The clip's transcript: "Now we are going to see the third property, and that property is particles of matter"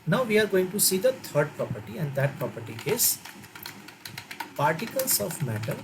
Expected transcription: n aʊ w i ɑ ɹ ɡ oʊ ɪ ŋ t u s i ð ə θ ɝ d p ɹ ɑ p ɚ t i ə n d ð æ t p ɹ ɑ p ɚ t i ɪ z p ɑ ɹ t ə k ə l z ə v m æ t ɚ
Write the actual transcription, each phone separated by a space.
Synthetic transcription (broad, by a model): n aʊ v i ɑ ɹ ɡ oʊ ɪ ŋ t u s i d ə t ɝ d p ɹ ɑ p ɚ t i ə n d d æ t p ɹ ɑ p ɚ t i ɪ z p ɑ ɹ t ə k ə l s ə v m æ t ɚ